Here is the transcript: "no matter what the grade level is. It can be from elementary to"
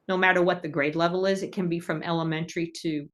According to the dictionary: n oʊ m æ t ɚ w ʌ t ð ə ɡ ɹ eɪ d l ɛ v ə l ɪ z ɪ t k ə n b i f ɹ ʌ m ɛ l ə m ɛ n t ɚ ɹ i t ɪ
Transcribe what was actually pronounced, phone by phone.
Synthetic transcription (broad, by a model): n oʊ m æ t ɚ w ʌ t ð ə ɡ ɹ eɪ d l ɛ v l ɪ z ɪ t k ə n b i f ɹ ʌ m ɛ l ə m ɛ n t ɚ ɹ i t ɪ